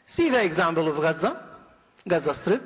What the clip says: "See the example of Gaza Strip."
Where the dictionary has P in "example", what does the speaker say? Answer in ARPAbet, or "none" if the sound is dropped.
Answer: B